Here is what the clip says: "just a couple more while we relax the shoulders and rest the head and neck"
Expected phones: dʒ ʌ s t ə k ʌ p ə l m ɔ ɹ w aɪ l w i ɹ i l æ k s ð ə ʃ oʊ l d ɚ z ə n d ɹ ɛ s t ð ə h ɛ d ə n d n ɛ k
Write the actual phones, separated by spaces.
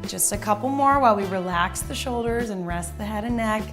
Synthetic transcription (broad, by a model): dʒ ʌ s t ə k ʌ p l m ɔ ɹ w aɪ l w i ɹ i l æ k s ð ə ʃ oʊ l d ɚ z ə n ɹ ɛ s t ð ə h ɛ d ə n n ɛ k